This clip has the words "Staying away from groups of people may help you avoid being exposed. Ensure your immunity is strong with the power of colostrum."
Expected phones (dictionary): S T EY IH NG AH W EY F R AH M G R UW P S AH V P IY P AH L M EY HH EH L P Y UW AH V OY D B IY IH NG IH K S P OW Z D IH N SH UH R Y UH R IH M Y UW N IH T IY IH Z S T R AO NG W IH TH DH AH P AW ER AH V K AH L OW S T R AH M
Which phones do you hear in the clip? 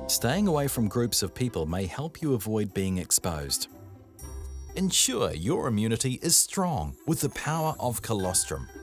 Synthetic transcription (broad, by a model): S T EY IH NG AH W EY F R AH M G R UW P S AH V P IY P AH L M EY HH EH L P Y AH V OY D B IY IH NG IH K S P OW Z D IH N SH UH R Y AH R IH M Y UW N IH T IY IH Z S T R AO NG W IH DH AH P AW ER AH V K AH L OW S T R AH M